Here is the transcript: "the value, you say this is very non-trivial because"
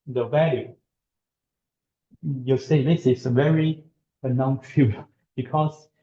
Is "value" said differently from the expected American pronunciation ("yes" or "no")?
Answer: no